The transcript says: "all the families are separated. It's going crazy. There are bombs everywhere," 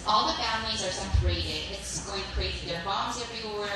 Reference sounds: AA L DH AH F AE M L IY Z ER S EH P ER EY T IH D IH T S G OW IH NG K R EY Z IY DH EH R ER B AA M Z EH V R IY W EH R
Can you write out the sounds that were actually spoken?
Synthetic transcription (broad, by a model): AA L DH AH F AE M L IY Z ER S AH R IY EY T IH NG IH T S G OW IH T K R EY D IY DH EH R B AA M Z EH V R IY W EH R